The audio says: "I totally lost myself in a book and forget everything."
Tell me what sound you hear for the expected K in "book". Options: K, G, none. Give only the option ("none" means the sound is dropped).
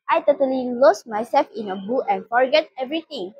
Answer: none